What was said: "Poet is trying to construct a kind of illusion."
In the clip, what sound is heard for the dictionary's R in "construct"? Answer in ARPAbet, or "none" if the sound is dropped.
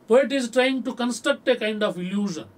none